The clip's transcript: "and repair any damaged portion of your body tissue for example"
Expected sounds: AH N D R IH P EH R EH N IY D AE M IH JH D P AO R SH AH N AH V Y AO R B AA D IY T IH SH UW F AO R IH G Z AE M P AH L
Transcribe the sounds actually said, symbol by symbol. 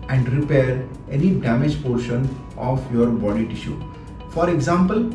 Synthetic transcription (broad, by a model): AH N D R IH P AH R EH N IY D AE M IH JH P AO R SH AH N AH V Y AO R B AA D IY T IH SH UW F AO R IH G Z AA M P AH L